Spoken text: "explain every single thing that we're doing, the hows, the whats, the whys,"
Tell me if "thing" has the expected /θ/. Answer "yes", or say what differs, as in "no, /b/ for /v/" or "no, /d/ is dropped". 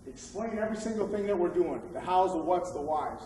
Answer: yes